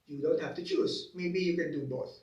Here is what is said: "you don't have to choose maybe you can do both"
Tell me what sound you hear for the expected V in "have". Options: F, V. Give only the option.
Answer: F